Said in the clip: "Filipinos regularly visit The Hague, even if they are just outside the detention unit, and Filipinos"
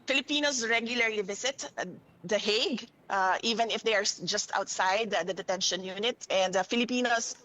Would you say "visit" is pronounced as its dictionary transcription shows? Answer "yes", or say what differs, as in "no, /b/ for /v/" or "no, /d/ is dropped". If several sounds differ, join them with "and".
no, /s/ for /z/